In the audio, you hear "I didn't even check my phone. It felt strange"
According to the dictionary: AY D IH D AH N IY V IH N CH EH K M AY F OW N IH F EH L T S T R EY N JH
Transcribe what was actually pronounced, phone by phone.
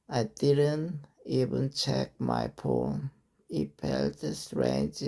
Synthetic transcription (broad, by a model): AY D IH D AH N IY V IH N CH EH K M AY P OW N IH P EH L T S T R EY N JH